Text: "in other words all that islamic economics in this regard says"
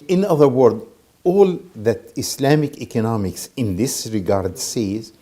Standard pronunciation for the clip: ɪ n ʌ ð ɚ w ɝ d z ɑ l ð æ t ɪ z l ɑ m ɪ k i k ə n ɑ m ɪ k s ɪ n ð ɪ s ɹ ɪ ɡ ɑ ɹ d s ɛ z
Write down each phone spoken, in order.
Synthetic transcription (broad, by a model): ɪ n ʌ ð ɚ w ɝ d ɑ l ð æ t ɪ s l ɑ m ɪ k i k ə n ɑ m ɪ k s ɪ n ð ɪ s ɹ ɪ ɡ ɑ ɹ d s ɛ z